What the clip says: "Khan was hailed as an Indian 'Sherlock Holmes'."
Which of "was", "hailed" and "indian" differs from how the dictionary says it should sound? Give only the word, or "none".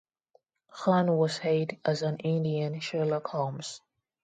hailed